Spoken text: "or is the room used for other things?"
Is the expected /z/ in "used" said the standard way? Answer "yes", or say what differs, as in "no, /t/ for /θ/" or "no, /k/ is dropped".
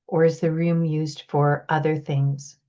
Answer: yes